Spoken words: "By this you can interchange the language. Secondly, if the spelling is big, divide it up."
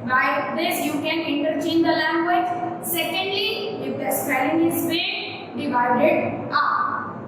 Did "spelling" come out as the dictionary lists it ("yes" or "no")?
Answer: no